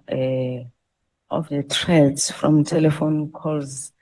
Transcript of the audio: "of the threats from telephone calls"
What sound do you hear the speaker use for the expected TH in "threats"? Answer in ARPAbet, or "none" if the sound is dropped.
T